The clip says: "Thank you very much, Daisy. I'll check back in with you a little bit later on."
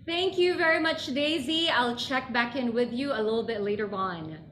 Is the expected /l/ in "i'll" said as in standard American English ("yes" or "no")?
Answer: yes